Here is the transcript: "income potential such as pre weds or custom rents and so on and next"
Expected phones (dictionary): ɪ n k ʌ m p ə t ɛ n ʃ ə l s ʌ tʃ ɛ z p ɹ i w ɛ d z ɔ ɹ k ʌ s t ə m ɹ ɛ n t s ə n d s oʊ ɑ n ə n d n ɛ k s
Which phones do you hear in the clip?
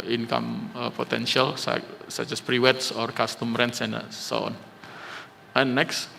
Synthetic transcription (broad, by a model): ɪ n k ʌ m p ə t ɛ n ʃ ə l s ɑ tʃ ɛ s p ɹ i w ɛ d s ɔ ɹ k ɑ s t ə m ɹ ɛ n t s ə n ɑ s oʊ ɑ n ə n n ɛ k s